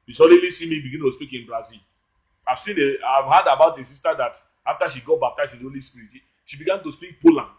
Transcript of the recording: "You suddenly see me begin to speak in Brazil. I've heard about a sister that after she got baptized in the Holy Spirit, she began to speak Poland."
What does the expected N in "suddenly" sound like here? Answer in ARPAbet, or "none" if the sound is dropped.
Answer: none